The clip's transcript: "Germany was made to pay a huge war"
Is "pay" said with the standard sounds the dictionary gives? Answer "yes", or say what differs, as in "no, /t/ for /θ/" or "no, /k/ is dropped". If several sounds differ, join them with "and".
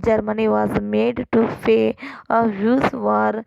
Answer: no, /f/ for /p/